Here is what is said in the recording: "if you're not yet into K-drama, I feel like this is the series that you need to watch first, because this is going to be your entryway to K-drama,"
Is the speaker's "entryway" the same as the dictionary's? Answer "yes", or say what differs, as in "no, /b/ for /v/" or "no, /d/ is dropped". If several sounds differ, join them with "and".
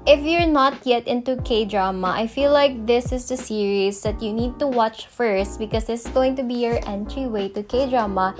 yes